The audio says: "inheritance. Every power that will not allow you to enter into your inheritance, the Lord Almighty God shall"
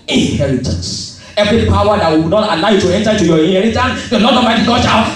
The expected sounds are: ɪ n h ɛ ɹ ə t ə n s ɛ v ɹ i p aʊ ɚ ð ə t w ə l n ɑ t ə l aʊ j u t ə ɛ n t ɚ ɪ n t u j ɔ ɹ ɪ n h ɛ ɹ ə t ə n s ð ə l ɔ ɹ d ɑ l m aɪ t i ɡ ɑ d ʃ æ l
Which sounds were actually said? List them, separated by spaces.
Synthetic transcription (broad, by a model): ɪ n h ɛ ɹ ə t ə n s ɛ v ɹ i p aʊ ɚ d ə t w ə n ɑ t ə l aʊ j u t ə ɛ n t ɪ t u j ɔ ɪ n h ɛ ɹ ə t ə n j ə n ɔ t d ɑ m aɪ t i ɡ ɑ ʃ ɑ